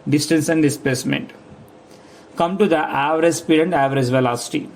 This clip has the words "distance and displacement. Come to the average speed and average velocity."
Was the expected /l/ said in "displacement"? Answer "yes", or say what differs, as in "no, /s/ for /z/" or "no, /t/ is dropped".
no, /l/ is dropped